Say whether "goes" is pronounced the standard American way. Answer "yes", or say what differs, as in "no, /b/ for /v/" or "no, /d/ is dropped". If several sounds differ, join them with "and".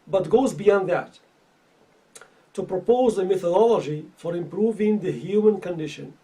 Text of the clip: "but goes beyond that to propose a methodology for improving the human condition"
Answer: yes